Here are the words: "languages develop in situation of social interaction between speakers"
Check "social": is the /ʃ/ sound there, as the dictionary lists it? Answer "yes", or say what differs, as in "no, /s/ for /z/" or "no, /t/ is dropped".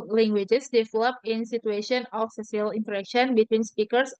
no, /s/ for /ʃ/